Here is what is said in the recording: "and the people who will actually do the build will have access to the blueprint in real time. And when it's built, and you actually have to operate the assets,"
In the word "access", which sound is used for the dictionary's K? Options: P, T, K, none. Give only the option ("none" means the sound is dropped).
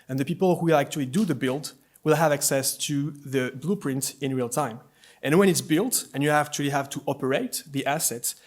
K